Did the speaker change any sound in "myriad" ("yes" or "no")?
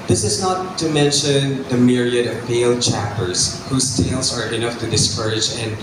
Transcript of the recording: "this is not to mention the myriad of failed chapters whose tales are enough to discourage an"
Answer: no